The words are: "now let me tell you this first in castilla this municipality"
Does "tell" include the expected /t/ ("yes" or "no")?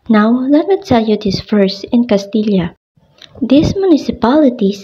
no